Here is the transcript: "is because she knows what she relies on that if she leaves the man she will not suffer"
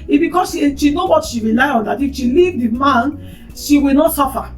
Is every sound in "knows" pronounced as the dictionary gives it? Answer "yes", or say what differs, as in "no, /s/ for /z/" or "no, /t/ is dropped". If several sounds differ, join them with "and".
no, /z/ is dropped